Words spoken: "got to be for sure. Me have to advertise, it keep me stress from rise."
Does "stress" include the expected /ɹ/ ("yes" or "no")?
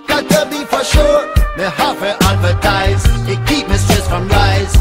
no